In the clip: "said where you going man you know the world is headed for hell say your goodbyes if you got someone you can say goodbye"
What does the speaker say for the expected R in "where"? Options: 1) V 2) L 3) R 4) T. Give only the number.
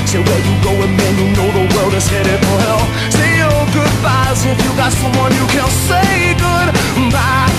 2